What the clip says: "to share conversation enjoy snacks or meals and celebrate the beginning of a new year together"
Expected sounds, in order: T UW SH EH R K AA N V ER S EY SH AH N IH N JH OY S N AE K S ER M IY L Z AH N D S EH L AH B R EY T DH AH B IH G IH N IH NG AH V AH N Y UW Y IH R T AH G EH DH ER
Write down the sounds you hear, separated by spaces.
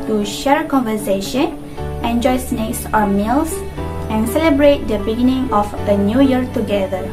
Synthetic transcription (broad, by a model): T UW SH EH R K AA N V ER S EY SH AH N IH N JH OY S N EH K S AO M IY L S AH N S EH L AH B R EY T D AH B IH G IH N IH NG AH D AH N Y UW Y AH R T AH G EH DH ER